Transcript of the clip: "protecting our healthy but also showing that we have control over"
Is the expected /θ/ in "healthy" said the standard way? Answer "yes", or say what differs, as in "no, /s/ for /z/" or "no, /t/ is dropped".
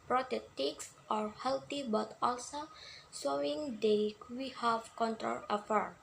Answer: no, /t/ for /θ/